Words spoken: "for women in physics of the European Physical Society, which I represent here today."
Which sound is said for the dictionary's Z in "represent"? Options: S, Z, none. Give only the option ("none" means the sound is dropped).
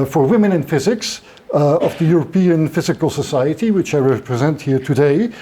Z